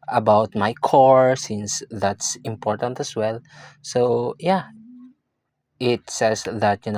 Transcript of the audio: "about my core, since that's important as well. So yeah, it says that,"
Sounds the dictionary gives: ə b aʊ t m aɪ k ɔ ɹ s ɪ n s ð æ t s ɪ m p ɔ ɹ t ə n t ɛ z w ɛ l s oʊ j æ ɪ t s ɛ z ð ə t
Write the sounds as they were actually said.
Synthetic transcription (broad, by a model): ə b aʊ t m aɪ k ɔ ɹ s ɪ n s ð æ t s ɪ m p ɔ ɹ t ə n t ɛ s w ɛ l s oʊ j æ ɪ t s ɛ s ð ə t